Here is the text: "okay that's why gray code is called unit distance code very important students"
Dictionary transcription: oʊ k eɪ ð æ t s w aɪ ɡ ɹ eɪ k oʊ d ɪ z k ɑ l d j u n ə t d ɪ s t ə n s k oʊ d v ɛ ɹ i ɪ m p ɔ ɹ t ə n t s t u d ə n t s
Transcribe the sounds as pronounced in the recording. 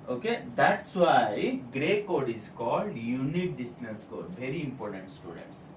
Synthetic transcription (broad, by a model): oʊ k eɪ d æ t s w aɪ ɡ ɹ eɪ k oʊ d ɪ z k ɑ l d j u n ə t d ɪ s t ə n s k oʊ d v ɛ ɹ i ɪ m p ɔ ɹ t ə n t s t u d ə n t s